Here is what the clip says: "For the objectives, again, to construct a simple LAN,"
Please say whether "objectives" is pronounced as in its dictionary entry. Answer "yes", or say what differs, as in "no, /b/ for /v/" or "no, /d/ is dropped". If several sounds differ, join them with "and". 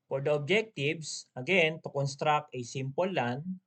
no, /s/ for /z/